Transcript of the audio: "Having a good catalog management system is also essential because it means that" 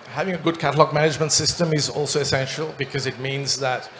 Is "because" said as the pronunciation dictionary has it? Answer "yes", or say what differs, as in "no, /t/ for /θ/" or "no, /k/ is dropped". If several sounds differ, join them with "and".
yes